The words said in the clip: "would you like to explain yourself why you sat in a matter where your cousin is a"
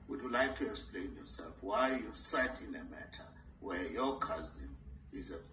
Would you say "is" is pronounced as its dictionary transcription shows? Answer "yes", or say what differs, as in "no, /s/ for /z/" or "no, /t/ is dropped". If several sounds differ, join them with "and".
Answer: yes